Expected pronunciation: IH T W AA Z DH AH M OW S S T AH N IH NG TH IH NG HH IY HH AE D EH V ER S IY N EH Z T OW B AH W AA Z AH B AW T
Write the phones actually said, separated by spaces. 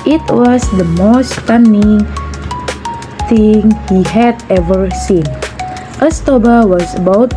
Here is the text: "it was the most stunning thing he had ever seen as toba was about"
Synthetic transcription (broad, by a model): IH T W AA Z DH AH M OW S S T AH N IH NG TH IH NG HH IY HH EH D EH V ER S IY N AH S T OW B AH W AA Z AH B AW T